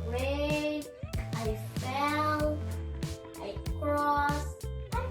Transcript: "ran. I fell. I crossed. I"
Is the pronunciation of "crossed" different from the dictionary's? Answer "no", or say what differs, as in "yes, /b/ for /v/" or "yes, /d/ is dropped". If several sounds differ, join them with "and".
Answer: yes, /t/ is dropped